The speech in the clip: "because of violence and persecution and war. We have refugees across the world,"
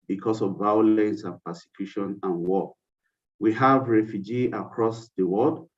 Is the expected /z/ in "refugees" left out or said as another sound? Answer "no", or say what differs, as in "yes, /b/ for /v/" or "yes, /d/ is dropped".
yes, /z/ is dropped